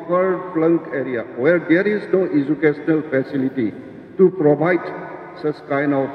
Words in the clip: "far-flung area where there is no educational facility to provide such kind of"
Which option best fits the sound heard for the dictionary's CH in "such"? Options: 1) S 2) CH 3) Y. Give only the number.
1